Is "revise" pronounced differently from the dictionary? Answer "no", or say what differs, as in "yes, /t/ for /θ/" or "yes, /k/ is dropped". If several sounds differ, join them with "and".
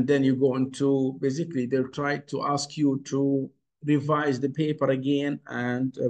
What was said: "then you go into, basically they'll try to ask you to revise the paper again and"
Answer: no